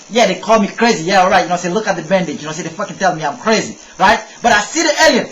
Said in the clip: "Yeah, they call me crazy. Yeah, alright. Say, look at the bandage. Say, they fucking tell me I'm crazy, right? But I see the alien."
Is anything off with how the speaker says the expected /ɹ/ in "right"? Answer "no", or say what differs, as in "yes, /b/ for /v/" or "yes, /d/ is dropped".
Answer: no